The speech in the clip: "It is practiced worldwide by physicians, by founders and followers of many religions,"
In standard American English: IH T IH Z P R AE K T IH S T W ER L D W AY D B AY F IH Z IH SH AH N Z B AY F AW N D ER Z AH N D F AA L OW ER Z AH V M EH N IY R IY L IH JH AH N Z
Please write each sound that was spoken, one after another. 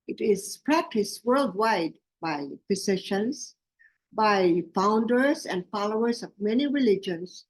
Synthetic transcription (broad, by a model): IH T IH Z P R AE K T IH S W ER L D W AY D B AY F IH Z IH SH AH N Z B AY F AW N D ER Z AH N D F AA L OW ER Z AH V M EH N IY R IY L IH JH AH N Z